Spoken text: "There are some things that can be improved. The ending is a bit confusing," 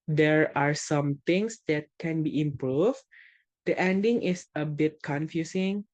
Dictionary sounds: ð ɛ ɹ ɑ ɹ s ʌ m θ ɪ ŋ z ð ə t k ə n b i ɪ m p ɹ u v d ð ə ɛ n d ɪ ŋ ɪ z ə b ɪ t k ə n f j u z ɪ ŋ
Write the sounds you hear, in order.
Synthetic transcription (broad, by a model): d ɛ ɹ ɑ ɹ s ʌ m t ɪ ŋ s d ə t k ə n b i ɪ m p ɹ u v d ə ɛ n d ɪ ŋ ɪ s ə b ɪ t k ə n f j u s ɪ ŋ